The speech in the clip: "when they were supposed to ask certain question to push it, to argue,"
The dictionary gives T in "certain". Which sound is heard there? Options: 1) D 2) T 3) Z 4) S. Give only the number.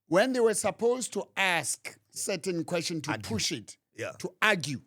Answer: 2